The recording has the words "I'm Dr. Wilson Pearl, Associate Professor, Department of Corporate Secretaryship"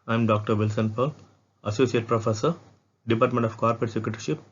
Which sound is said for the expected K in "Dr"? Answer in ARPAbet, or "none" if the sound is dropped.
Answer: K